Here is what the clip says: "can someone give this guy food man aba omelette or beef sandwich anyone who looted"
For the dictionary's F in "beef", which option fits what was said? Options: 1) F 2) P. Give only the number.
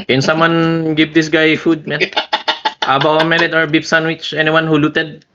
2